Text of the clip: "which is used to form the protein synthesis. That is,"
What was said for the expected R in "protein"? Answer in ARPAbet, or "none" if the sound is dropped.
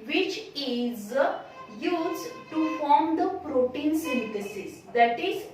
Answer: R